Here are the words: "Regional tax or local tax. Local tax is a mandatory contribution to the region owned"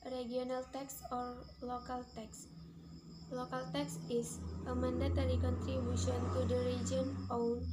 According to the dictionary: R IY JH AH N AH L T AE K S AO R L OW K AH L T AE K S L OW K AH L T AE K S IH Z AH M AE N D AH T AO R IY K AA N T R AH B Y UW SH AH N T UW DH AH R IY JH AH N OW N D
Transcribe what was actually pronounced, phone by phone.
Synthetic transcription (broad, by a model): R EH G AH N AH L T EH K S AO R L OW K AH L T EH K S L OW K AH L T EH K S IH S AH M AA N D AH T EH L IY K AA N T R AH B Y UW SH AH N T UW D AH R IY JH AH N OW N